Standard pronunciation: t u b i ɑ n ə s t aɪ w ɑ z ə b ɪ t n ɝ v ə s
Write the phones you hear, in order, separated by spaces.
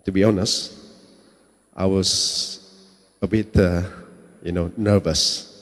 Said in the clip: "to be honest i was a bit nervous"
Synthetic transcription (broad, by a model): t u b i ɑ n ə s t aɪ w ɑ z ə b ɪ t n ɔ v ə s